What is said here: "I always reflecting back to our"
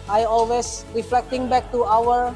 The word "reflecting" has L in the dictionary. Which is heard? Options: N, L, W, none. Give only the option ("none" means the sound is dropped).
L